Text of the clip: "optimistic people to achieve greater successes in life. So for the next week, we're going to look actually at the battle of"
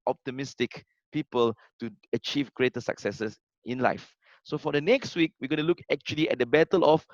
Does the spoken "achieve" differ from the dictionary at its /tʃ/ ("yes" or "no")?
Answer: no